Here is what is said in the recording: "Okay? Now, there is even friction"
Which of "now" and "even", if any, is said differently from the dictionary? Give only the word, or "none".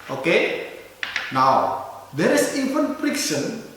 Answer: even